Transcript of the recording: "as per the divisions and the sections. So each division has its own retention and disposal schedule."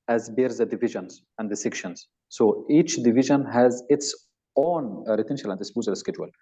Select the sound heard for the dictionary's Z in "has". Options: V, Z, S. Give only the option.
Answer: Z